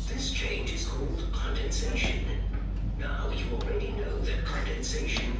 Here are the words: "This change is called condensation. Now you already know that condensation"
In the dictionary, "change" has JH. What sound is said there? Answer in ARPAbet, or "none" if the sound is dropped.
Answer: JH